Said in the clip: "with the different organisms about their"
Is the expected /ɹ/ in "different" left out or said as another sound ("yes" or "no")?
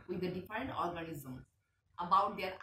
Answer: no